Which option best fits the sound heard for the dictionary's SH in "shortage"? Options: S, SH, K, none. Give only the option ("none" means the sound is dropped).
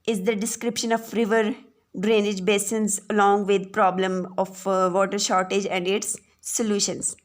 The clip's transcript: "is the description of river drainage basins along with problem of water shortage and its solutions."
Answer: SH